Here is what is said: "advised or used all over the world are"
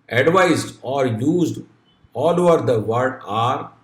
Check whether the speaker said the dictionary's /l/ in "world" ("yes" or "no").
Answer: no